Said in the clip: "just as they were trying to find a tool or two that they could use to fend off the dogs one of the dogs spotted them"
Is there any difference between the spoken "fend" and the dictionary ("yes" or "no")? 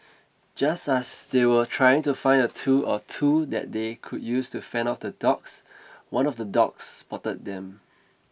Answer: yes